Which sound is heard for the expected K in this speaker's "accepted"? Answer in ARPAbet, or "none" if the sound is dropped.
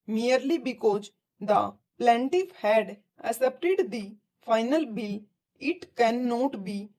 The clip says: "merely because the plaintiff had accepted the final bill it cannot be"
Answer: none